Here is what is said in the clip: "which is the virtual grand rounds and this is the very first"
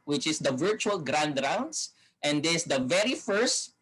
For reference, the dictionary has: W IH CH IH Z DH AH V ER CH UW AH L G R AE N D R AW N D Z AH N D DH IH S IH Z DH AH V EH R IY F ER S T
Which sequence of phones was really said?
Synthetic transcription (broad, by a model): W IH CH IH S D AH V ER CH UW AH L G R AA N D R AW N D S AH N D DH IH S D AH V EH R IY F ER S T